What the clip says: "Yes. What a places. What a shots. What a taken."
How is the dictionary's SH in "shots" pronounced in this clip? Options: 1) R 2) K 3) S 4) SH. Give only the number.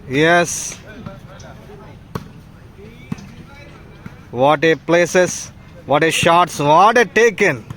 4